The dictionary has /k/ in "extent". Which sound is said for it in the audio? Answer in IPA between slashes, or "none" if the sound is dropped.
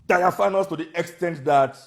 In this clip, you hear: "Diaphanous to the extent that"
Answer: /k/